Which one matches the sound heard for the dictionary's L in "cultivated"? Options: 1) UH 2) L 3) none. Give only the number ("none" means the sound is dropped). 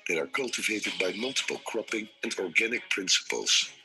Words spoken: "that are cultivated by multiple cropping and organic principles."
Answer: 2